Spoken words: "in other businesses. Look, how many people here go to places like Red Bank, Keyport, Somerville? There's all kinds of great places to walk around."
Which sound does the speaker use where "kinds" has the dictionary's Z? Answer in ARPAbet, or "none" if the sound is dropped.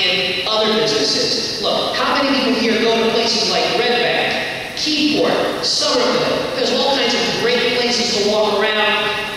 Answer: Z